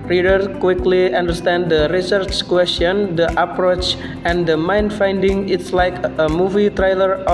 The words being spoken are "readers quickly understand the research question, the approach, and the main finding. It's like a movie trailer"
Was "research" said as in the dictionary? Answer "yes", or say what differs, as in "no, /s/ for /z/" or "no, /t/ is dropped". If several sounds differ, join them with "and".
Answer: yes